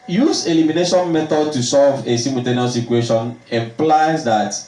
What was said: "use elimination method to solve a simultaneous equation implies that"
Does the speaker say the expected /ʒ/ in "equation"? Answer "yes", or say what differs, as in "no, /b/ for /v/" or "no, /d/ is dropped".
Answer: no, /ʃ/ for /ʒ/